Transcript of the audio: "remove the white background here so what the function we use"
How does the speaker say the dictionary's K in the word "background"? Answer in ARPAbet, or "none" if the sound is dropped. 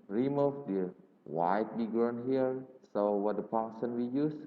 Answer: none